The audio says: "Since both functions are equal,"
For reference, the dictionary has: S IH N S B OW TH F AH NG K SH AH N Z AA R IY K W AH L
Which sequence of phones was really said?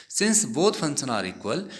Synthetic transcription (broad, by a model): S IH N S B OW T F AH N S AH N AA R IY K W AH L